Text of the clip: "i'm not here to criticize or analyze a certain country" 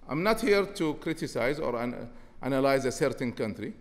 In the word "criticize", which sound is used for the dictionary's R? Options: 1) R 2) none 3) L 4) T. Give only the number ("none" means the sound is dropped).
1